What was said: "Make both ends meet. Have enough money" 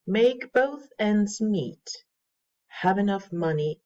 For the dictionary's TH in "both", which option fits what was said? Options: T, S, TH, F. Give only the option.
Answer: TH